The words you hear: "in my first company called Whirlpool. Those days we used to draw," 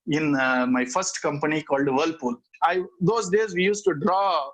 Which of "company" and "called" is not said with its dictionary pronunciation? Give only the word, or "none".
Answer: none